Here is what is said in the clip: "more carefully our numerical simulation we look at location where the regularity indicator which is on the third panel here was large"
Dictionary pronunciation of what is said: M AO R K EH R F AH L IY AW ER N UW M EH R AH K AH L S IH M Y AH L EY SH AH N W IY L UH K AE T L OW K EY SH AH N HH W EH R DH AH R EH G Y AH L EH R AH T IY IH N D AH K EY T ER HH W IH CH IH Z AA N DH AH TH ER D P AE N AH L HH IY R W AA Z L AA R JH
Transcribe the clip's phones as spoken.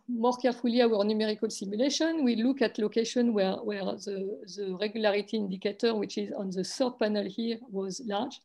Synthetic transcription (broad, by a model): M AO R K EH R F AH L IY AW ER N UW M EH R AH K AH L S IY M Y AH L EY SH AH N W IY L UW K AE T L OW K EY SH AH N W W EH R DH AH R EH G Y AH L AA R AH T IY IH N D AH K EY T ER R W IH CH IH Z AA N DH AH S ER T P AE N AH L HH IY R W AA Z L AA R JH